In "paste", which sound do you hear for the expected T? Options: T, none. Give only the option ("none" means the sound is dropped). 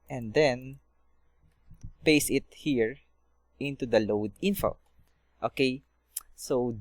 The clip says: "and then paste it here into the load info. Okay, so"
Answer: none